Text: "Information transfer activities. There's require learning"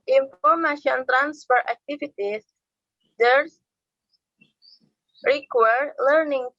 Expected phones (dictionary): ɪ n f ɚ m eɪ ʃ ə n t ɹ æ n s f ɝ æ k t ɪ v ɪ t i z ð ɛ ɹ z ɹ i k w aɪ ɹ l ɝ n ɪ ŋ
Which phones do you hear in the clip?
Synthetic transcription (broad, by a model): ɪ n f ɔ m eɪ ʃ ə n t ɹ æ n s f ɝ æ k t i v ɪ t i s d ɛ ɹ ɹ i k w aɪ ɹ l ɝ n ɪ ŋ